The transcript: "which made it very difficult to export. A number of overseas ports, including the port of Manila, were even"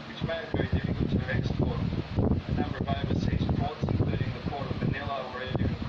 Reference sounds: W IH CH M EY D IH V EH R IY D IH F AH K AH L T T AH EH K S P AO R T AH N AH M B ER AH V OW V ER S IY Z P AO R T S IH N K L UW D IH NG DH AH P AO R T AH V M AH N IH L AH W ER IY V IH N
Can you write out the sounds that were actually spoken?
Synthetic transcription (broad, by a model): W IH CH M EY IH V EH R IY D IH F AH K AH L T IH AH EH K S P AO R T AH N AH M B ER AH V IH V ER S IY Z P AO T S IH N K L UW D IH NG DH AH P AO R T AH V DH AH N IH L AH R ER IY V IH